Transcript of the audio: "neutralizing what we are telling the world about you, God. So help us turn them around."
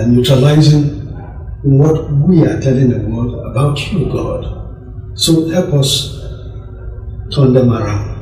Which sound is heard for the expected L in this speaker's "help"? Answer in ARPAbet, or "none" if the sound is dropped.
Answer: none